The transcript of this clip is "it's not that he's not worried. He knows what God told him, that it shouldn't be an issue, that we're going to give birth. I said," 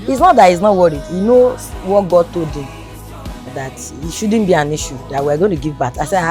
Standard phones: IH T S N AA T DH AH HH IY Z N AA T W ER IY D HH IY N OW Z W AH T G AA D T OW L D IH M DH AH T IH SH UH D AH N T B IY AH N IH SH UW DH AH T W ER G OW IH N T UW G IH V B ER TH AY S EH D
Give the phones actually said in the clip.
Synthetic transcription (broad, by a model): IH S N AA T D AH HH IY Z N AA T W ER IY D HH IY N OW W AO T G AA D T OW D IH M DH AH T IH SH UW D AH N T B IY AH N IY SH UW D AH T W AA G OW IH N T UW G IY V B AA T AY S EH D